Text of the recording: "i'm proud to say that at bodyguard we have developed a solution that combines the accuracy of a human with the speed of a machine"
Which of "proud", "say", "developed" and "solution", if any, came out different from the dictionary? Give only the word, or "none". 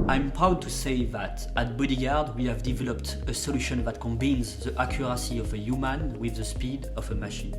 none